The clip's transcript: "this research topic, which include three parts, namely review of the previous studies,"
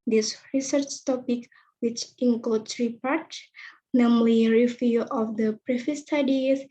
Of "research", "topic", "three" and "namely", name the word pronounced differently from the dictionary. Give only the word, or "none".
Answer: three